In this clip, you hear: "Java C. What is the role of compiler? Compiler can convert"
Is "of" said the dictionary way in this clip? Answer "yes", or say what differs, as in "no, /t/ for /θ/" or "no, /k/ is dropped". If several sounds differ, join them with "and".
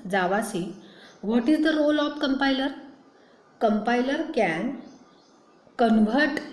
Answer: no, /p/ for /v/